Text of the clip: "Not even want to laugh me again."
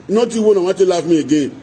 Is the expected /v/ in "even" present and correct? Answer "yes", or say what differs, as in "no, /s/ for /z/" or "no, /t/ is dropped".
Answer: no, /w/ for /v/